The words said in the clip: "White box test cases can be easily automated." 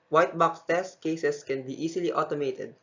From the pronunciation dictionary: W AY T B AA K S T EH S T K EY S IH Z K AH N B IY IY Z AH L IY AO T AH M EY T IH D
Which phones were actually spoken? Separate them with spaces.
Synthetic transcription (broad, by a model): W AY T B AA K S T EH S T K EY S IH S K AH N B IY IY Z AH L IY AO T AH M EY T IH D